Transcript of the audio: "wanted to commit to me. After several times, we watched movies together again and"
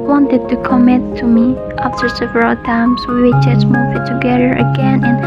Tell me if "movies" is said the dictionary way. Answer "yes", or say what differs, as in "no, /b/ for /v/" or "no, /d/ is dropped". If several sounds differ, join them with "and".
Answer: no, /z/ is dropped